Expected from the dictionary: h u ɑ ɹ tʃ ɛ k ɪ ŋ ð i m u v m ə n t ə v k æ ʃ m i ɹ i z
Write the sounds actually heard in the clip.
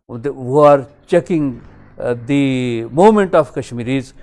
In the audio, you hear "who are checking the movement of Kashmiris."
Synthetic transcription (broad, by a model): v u ɑ ɹ tʃ ɛ k ɪ ŋ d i m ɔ m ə n t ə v k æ ʃ m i ɹ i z